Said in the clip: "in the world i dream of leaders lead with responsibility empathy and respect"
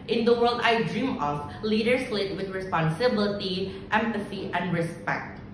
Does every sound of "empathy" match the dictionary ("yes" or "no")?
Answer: no